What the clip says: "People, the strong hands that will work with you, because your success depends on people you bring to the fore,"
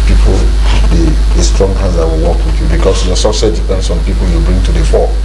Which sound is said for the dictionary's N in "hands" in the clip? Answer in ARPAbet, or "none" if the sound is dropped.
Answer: none